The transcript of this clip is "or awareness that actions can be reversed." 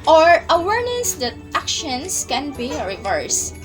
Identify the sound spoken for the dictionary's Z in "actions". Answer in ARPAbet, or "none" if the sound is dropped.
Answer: S